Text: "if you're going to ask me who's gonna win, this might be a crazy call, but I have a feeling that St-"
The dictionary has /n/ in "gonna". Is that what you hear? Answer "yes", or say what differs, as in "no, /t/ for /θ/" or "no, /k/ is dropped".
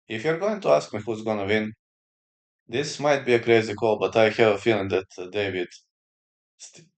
yes